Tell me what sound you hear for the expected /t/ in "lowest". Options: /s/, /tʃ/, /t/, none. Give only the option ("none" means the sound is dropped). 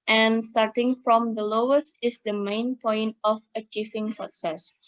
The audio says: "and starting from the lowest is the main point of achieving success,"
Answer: none